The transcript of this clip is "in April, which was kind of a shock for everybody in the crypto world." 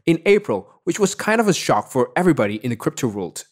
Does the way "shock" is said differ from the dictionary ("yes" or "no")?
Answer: no